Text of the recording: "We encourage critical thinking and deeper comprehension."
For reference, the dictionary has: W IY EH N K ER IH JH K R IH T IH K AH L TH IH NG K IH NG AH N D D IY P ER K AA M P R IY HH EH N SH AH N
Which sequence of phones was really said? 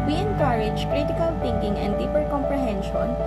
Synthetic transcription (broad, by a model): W IY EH N K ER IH JH K R IH T IH K AH L T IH NG K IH NG AH N D D IY P ER K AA M P R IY HH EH N SH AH N